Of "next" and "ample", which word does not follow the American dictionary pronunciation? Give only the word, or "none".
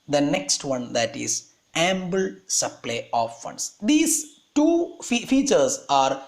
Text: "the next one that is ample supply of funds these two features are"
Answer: ample